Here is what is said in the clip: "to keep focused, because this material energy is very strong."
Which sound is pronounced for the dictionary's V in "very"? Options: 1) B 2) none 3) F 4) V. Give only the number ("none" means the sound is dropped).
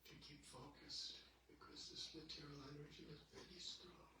1